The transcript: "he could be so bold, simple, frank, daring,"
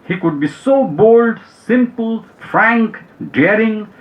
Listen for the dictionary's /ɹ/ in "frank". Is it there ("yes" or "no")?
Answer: yes